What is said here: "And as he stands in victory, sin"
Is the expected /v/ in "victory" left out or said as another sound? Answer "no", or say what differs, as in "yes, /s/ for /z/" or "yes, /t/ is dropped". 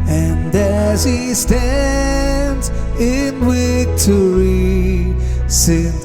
yes, /w/ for /v/